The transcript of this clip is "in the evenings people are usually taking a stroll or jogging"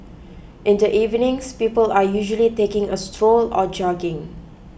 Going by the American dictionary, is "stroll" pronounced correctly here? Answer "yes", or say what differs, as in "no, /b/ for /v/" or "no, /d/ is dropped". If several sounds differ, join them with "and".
yes